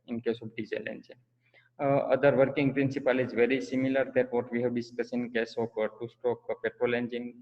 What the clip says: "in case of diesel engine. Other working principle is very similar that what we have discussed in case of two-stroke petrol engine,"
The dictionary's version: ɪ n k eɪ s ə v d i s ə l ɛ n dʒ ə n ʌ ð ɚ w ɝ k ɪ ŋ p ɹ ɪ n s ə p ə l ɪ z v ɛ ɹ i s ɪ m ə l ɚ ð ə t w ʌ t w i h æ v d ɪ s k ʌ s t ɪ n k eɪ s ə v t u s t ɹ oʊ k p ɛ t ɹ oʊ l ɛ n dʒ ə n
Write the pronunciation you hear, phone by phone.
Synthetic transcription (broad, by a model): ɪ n k eɪ s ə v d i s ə l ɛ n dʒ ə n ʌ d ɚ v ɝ k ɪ ŋ p ɹ ɪ n s ə p ə l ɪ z v ɛ ɹ i s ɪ m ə l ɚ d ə t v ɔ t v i h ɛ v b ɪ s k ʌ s ɪ n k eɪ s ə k t u s t oʊ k p ɛ t ɹ oʊ l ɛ n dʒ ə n